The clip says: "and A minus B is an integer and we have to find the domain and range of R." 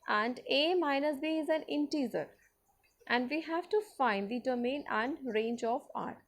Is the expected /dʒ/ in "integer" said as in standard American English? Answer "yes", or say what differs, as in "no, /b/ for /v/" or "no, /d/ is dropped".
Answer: no, /z/ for /dʒ/